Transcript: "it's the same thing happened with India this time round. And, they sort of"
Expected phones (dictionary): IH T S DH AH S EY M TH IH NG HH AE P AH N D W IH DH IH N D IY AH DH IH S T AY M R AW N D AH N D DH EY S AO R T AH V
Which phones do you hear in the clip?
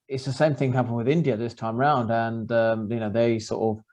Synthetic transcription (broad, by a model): IH T S DH AH S EY M TH IH NG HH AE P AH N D W IH DH IH N D IY AH DH IH S T AY M R AW N D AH N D DH EY S AO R T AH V